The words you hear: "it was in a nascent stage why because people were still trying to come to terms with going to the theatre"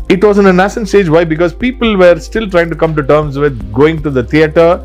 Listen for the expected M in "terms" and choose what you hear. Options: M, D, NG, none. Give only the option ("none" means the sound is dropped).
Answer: M